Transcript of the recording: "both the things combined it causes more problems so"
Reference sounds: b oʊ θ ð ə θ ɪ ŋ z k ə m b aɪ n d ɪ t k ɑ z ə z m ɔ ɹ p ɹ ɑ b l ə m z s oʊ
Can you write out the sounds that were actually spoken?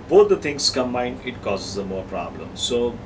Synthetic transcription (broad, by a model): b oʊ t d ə t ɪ ŋ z k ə m aɪ n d ɪ t k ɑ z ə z m ɔ ɹ p ɹ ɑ b l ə m s oʊ